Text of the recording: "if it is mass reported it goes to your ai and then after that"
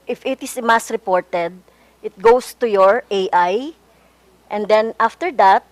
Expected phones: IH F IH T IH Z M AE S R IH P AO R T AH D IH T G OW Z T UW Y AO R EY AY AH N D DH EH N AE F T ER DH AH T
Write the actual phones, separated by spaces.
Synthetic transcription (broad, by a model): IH F IH T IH S M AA S R IH P AO R T AH D IH T G OW S T UW Y AO R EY AY AH N D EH N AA F T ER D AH T